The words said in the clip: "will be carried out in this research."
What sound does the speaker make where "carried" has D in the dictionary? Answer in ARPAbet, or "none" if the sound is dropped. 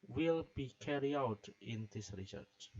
none